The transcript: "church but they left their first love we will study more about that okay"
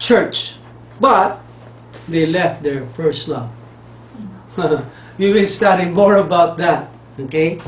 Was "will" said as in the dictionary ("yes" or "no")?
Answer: no